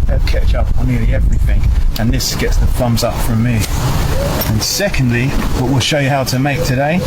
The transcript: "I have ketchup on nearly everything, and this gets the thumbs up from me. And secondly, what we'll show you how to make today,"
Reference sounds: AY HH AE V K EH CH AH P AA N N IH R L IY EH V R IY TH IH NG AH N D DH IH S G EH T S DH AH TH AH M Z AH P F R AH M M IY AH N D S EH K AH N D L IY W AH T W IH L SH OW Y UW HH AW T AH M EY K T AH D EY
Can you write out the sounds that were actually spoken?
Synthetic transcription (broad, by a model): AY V K EH CH AH P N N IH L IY EH V R IY TH IH NG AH N DH IH S G EH T S DH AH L AH M Z AH P F R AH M M IY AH N S EH K AH N D L IY W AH T W IH L SH OW Y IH HH AW T AH M EY K T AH D EY